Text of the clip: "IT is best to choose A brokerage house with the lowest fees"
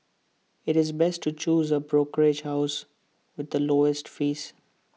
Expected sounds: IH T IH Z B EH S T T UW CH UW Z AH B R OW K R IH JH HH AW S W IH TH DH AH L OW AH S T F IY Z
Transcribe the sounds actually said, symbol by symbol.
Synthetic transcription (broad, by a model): IH T IH Z B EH S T T UW CH UW Z AH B R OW K R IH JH HH AW S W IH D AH L OW AH S T F IY S